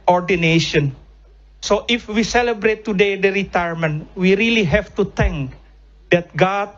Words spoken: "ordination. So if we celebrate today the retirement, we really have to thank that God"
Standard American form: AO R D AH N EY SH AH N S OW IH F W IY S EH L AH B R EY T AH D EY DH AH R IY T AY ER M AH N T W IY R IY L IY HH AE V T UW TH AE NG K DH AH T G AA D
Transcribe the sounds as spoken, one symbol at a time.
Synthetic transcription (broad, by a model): AO R D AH N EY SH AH N S OW IH F W IY S EH L AH B R EY T AH D EY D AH R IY T AY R M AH N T W IY R IY L IY HH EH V T UW T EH NG K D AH T G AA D